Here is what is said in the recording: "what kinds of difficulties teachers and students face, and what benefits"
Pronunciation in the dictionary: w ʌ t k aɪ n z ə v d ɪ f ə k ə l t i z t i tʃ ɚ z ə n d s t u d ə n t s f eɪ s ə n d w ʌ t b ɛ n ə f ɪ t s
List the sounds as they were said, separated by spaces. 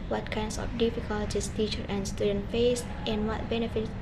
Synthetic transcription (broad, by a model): w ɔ t k aɪ n s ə f d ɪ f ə k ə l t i s t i tʃ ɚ ə n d s t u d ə n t f eɪ s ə n w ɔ t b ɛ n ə f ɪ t